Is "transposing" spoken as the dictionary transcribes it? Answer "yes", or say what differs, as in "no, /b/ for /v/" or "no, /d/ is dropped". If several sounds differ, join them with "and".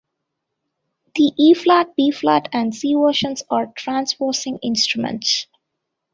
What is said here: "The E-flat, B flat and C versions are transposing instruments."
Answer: no, /s/ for /z/